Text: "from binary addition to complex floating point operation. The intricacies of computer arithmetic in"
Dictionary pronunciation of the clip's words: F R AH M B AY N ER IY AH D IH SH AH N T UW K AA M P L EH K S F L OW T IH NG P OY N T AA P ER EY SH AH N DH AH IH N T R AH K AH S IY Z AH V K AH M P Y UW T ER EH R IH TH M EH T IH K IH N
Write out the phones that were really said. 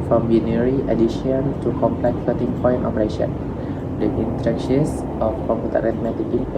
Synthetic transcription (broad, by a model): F R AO M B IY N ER IY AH D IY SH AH N T UW K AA M P L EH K F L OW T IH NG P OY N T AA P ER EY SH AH N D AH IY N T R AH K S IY S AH F K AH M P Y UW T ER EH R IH T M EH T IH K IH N